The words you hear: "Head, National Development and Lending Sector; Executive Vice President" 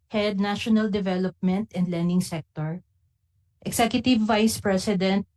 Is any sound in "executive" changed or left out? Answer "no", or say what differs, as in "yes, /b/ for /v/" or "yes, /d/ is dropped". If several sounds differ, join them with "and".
yes, /s/ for /z/